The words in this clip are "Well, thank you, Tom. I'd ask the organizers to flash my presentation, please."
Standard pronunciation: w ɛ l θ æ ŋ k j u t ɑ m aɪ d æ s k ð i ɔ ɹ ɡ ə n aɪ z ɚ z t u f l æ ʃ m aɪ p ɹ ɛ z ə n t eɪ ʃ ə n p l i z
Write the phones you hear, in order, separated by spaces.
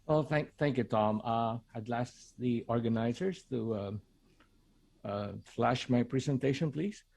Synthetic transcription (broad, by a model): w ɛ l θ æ ŋ k j u t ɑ m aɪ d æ s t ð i ɔ ɹ ɡ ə n aɪ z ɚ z t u f l æ ʃ m aɪ p ɹ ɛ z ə n t eɪ ʃ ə n p l i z